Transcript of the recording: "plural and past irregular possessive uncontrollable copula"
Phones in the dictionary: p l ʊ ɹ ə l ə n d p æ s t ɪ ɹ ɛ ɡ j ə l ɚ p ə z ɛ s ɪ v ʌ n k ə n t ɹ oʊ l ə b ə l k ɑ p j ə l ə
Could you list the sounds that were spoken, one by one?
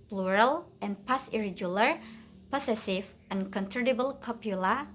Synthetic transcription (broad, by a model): p l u ɹ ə l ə n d p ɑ s ɪ ɹ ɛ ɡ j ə l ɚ p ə s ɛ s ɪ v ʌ n k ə n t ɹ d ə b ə l k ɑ p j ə l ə